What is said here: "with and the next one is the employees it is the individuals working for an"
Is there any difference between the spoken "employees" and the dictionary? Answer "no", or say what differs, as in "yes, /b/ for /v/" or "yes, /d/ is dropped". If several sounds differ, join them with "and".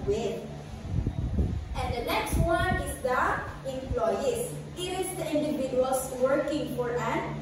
yes, /s/ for /z/